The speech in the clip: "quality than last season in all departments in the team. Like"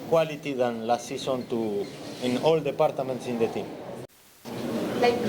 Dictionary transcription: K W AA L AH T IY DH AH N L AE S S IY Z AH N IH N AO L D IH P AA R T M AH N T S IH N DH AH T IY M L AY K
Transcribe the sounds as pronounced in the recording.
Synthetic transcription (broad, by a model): K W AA L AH T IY DH AH N L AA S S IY S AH N IH N AO L D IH P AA R T M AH N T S IH N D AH T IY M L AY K